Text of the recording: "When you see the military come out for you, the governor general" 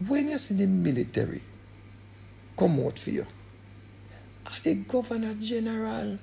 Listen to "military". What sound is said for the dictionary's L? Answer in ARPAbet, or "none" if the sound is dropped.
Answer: L